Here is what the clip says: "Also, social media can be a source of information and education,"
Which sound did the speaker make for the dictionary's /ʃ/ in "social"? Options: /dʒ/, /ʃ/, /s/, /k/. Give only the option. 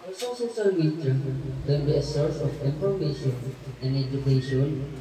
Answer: /s/